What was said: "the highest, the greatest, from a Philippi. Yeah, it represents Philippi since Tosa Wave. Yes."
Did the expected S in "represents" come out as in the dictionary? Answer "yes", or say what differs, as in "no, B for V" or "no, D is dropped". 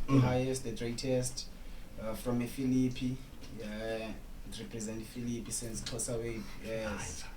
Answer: no, S is dropped